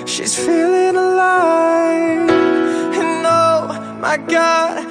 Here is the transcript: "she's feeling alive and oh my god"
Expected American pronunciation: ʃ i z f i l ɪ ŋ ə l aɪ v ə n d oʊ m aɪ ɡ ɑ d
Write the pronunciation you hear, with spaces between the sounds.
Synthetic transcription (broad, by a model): ʃ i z f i l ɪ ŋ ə l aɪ ə n oʊ m aɪ ɡ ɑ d